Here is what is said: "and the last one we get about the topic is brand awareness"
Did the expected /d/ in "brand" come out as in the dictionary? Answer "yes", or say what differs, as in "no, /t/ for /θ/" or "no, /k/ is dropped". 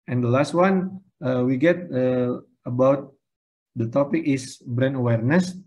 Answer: no, /d/ is dropped